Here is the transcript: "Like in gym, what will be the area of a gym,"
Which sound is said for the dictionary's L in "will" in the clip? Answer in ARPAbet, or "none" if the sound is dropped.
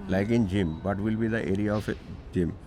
L